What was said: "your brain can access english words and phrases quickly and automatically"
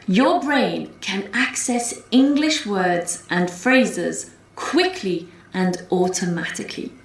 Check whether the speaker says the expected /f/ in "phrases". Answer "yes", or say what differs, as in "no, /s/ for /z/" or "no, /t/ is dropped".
yes